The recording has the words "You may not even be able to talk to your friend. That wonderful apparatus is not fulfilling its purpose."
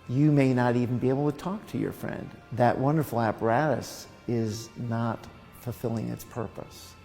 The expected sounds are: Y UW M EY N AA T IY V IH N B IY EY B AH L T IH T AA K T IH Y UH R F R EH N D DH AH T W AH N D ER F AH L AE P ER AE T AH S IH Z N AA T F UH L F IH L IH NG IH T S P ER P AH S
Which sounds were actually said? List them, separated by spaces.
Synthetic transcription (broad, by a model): Y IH M EY N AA T IY V N B IY EY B L T IH T AA K T IH Y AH R F R EH N D DH AH T W AH N D ER F L AE P ER AE T AH S IH Z N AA T F L F IH L IH NG IH T S P ER P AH S